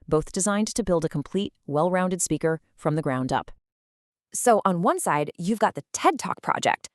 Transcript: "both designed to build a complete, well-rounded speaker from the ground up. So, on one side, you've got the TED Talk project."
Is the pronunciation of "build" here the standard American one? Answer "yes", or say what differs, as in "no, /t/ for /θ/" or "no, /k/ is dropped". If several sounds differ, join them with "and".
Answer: yes